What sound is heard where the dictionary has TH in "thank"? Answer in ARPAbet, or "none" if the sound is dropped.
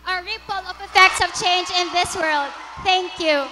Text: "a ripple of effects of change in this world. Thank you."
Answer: T